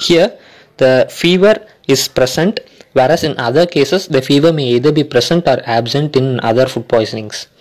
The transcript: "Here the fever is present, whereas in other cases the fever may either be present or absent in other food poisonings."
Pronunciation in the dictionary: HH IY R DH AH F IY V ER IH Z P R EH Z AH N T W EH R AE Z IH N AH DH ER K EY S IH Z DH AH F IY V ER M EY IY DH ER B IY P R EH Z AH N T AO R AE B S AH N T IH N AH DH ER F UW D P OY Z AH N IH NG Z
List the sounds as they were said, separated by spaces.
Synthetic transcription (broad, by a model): HH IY R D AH F IY V ER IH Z P R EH S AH N T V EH R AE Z IH N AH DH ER K EY S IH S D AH F IY V ER M EY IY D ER B IY P R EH S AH N T AO R AE B S AH N T IH N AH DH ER F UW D P OY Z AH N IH NG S